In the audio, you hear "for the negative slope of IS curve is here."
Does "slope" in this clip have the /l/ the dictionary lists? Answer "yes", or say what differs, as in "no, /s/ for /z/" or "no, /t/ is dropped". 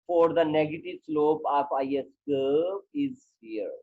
yes